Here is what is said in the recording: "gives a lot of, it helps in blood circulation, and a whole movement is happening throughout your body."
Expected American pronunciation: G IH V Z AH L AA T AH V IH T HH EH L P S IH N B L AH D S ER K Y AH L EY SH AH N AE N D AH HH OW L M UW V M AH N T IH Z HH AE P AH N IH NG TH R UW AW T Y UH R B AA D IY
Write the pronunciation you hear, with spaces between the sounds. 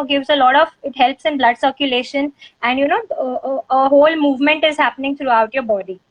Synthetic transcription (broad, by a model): G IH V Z AH L AA T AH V IH T HH EH L P S IH N B L AH D S ER K Y AH L EY SH AH N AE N D AH HH OW L M UW V M AH N T IH Z HH AE P AH N IH NG T R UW AW T Y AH R B AA D IY